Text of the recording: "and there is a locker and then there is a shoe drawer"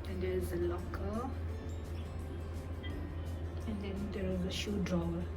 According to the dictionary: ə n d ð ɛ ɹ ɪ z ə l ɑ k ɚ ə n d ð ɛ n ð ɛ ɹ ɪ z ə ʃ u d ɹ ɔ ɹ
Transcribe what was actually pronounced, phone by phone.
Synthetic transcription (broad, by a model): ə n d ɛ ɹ ɪ z ə l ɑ k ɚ ə n d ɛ n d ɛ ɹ ɪ z ə ʃ u d ɹ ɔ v